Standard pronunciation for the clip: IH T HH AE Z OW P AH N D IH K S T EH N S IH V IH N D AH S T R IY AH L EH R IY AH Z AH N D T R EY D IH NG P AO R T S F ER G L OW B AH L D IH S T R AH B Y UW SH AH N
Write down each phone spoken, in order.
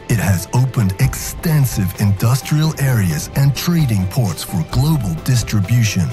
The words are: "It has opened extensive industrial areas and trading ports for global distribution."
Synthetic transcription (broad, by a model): IH T HH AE Z OW P AH N D IH K S T EH N S IH V IH N D AH S T R IY AH L EH R IY AH Z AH N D T R EY D IH NG P AO R T S F ER G L OW B AH L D IH S T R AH B Y UW SH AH N